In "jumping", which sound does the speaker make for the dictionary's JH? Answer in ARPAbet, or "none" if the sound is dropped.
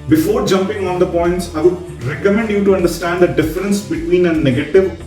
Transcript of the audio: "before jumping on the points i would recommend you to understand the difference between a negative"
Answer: JH